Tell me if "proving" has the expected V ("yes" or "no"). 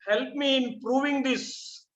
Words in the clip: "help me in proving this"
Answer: yes